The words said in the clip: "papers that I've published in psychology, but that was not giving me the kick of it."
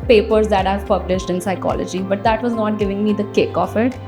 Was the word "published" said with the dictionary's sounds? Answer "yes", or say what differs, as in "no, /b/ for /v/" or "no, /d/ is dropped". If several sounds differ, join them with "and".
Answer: yes